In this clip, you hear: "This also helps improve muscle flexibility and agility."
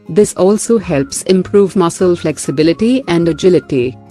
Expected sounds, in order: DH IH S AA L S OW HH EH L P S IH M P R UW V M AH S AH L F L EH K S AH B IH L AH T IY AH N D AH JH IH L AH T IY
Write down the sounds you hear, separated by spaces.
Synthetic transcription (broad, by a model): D IH S AA L S OW HH EH L P S IH M P R UW V M AH S AH L F L EH K S AH B IH L AH T IY AH N D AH JH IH L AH T IY